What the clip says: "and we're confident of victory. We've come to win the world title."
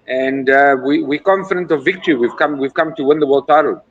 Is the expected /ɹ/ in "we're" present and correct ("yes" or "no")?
no